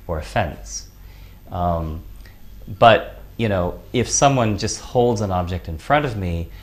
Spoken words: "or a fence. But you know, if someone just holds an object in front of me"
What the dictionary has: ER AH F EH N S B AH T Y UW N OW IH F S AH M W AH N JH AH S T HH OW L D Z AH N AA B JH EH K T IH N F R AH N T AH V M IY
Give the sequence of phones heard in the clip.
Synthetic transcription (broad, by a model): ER AH F EH N S B AH T Y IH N OW IH F S AH M W AH N JH AH S T HH OW L D Z AH N AA B JH EH K T IH N F R AH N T AH V M IY